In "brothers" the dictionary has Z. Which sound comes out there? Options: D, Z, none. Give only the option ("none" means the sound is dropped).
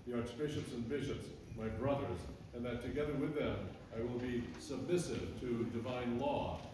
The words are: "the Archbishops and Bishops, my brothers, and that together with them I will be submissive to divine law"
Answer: Z